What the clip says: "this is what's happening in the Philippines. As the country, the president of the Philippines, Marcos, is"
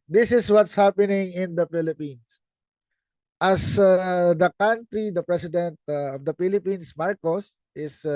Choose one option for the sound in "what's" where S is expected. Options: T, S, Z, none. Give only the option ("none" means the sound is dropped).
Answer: S